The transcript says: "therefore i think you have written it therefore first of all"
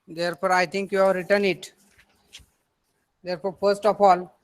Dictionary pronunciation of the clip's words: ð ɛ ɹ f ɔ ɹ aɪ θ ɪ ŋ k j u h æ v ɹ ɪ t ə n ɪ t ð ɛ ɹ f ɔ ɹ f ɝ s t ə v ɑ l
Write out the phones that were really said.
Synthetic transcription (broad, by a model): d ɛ ɹ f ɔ ɹ aɪ t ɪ ŋ k j u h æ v ɹ ɪ t ə n ɪ t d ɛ ɹ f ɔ ɹ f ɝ s t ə f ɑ l